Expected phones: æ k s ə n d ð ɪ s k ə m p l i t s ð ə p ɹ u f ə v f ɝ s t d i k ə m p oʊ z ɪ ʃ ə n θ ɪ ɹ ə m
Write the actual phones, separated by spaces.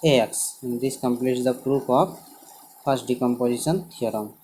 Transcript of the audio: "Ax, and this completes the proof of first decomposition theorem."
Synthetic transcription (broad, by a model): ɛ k s ə n d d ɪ s k ə m p l i t s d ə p ɹ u p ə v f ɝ s t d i k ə m p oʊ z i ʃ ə n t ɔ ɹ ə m